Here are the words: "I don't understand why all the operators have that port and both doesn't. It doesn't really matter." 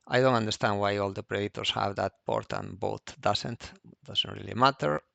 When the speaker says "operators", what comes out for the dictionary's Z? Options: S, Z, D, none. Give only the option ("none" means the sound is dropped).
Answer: S